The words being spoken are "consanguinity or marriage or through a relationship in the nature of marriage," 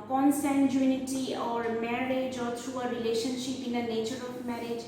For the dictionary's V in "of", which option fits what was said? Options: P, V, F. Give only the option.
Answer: P